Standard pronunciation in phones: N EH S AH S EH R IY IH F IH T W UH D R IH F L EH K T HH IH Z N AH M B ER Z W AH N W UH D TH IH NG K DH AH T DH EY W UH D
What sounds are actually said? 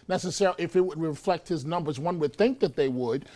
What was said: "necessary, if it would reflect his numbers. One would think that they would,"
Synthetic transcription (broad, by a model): N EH S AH S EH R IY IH F IH T W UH D R IH F L EH K T HH IH Z N AH M B ER Z W AH N W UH D TH IH NG K DH AH T DH EY W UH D